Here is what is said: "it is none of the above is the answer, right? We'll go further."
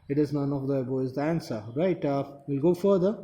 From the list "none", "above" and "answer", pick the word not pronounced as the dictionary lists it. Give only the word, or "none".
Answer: above